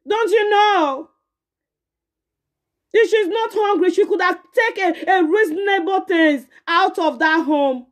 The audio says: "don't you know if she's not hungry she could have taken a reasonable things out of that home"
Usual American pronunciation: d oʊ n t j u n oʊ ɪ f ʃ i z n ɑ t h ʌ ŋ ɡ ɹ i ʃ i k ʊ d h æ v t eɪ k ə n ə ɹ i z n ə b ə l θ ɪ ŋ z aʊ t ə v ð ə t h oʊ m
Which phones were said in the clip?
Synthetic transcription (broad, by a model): d oʊ n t j u n oʊ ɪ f ʃ i z n ɑ t h ʌ ŋ ɡ ɹ i ʃ i k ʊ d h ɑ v t eɪ k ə ə ɹ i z n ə b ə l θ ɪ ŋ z aʊ t ə v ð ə t h oʊ m